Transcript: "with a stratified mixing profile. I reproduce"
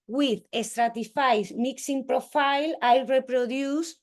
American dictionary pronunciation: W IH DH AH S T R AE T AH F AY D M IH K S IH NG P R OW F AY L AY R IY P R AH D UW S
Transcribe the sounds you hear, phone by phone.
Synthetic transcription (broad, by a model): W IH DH AH S T R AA T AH F AY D M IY K S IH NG P R OW F AY L AY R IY P R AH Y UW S